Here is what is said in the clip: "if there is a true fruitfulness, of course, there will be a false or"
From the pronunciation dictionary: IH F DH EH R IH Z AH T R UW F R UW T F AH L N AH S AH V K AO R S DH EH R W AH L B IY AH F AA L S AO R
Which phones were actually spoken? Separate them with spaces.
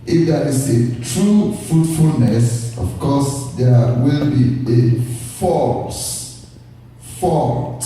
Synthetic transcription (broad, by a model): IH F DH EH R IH S AH T R UW F R UW T F AH L N AH S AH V K AO S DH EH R W AH L B IY AH F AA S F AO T